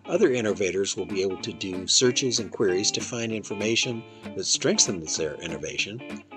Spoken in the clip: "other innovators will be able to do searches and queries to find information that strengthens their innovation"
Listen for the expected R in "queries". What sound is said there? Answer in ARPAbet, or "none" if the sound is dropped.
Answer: R